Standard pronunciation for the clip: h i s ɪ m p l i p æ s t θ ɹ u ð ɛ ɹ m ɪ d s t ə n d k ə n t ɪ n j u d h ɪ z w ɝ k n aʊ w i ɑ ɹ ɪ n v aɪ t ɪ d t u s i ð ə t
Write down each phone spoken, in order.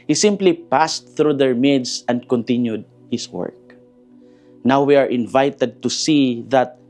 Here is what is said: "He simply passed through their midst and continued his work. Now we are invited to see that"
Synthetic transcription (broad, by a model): h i s ɪ m p l i p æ s t θ ɹ u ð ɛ ɹ m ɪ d s ə n d k ə n t ɪ n j u d h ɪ s w ɝ k n aʊ w i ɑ ɹ ɪ n v aɪ t ɪ d t u s i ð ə t